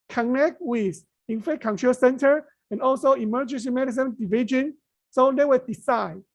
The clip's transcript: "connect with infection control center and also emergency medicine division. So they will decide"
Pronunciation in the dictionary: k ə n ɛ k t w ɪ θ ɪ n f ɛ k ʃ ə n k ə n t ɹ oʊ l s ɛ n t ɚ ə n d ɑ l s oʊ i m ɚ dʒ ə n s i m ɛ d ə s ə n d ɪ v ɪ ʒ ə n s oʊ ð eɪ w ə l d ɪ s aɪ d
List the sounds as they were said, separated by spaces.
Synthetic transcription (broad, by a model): k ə n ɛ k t w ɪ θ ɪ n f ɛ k ə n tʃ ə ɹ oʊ s ɛ n t ɚ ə n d ɑ l s oʊ i m ɚ dʒ ə n s i m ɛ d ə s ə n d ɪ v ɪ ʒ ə n s oʊ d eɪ w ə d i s aɪ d